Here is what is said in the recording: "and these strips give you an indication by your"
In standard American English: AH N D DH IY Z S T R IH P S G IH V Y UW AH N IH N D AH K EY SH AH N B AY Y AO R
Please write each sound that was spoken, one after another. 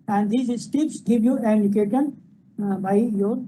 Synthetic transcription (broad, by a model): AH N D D IY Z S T IH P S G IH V Y UW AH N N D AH K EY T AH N B AY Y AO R